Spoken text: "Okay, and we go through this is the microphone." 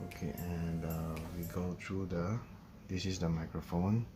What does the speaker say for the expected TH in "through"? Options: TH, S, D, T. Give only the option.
T